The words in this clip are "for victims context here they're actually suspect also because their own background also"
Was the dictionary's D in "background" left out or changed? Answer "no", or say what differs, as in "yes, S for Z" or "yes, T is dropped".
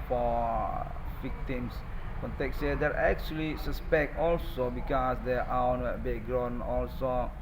yes, D is dropped